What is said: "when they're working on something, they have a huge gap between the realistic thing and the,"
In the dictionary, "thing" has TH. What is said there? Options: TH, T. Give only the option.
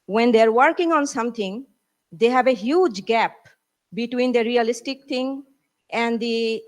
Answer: T